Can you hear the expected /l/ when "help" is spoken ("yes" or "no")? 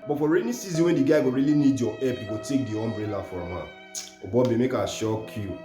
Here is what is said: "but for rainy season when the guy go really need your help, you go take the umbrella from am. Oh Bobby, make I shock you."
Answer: no